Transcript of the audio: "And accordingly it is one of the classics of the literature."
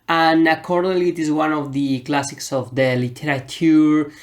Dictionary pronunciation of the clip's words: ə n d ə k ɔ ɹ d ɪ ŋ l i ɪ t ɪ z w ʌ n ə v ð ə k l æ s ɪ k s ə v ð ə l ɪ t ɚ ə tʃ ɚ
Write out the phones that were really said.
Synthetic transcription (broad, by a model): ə n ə k ɔ ɹ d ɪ l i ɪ t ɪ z w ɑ n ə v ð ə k l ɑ s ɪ k s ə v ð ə l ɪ t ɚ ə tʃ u